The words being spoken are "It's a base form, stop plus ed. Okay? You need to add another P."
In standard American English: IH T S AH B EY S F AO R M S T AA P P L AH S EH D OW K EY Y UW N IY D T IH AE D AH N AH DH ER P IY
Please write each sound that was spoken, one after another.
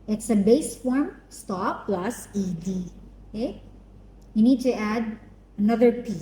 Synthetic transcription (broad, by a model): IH T S AH B EY S F AO R M S T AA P P L AH S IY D OW K EY Y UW N IY D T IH AE D AH N AH DH ER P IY